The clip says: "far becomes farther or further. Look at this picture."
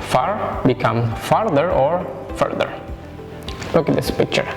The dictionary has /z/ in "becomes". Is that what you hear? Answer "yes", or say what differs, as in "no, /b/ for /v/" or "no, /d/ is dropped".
no, /z/ is dropped